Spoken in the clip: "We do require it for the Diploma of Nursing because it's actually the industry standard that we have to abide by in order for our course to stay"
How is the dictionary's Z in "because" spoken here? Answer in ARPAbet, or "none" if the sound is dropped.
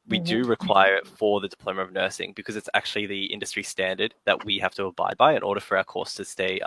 Z